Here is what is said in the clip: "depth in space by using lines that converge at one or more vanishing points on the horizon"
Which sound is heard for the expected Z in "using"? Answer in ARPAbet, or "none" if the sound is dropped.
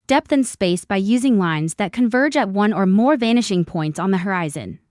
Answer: Z